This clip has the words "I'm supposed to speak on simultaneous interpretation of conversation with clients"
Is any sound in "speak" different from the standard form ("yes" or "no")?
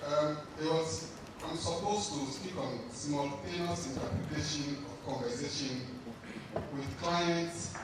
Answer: no